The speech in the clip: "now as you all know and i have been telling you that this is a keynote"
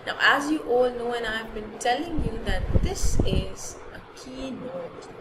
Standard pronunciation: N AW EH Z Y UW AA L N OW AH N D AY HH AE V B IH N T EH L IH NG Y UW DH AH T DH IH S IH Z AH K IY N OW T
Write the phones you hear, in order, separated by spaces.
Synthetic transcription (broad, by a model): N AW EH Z Y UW AA L N OW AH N AY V B IH N T EH L IH NG Y UW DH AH T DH IH S IH Z AH K IY N OW T